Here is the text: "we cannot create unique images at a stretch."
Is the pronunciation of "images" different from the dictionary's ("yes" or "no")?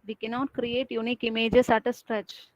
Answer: yes